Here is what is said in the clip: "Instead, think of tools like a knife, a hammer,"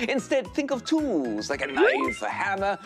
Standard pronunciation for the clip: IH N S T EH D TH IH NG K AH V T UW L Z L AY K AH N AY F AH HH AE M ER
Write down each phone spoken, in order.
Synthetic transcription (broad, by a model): IH N S T EH D TH IH NG K AH V T UW L Z L AY K AH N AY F AH HH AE M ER